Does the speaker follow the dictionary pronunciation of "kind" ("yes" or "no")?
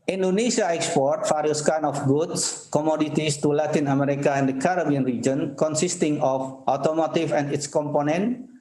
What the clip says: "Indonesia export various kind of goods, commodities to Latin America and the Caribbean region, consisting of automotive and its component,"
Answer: no